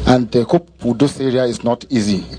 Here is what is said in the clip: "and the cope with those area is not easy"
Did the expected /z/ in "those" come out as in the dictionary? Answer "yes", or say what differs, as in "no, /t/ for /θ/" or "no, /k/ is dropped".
no, /s/ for /z/